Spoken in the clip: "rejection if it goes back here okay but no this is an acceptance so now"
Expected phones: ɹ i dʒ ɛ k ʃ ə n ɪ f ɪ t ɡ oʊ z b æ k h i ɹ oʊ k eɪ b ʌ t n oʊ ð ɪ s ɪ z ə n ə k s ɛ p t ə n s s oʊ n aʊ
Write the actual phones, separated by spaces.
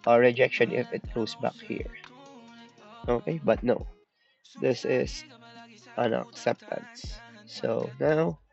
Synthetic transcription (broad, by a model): ɹ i dʒ ɛ k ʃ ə n ɪ f ɪ t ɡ oʊ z b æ k h i ɹ oʊ k eɪ b ʌ t n oʊ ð ɪ s ɪ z ə n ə k s ɛ p t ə n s s oʊ n aʊ